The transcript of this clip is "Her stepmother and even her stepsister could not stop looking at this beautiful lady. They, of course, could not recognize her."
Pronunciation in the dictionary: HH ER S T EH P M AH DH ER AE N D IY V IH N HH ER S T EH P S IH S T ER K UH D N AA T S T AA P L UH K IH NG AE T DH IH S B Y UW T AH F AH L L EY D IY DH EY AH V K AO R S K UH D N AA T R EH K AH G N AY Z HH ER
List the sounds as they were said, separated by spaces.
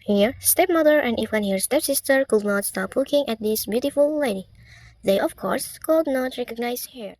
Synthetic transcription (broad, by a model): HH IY S T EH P M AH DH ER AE N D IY F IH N HH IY S T EH P S IH S T ER K UH D N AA T S T AA P L UH K IH NG AE T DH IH S B Y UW T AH F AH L L EY D IY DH EY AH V K AO R S K UH D N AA T R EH K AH G N AY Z HH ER